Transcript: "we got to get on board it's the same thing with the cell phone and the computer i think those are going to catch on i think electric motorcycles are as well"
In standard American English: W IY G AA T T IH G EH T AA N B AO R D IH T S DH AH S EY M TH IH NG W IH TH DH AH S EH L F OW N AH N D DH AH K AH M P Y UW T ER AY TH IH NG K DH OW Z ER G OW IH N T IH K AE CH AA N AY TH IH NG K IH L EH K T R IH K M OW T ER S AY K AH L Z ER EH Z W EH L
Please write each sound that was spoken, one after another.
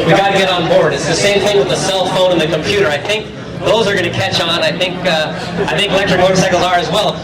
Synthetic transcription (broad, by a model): W IY G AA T T IH G EH T N B AO R D IH T S DH AH S EY M TH IH NG W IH DH AH S EH L F OW N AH N DH AH K AH M P Y UW T ER AY TH IH NG K DH OW Z ER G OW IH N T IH K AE CH AA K AY TH IH NG K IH L EH K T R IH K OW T S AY K L Z ER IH Z W EH L